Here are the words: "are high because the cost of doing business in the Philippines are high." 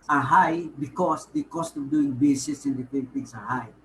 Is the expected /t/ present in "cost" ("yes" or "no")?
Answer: yes